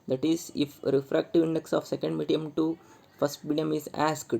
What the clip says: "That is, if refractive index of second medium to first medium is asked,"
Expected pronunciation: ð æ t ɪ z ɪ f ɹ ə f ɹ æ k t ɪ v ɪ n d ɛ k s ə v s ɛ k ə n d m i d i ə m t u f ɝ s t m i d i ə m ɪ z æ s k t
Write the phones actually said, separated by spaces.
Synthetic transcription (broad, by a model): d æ t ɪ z ɪ f ɹ ə f ɹ æ k t ɪ v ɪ n d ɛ k s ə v s ɛ k ə n d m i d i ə m t u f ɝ s t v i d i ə m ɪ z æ s k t